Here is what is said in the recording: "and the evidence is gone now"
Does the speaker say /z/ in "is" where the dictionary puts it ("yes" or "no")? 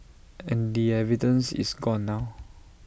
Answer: no